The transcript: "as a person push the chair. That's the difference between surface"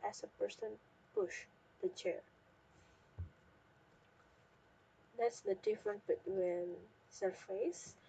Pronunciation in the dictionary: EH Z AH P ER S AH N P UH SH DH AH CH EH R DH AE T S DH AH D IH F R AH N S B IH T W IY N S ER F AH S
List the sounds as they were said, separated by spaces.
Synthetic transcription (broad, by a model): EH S AH P ER S AH N P UH SH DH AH CH EH R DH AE T S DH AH D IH F R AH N B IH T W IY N S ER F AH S